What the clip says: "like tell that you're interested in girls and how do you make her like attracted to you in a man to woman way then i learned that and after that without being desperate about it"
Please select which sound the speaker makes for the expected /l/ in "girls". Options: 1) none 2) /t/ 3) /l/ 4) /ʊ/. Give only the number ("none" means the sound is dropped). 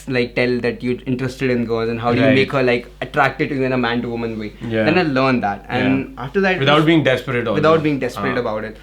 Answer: 1